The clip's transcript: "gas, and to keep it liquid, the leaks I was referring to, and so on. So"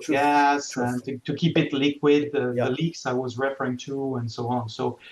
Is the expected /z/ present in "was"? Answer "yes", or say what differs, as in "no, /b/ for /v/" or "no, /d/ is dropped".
yes